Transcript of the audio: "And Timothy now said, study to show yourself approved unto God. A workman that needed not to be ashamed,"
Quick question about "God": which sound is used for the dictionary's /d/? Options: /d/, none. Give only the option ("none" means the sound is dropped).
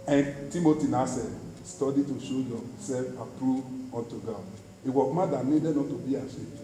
none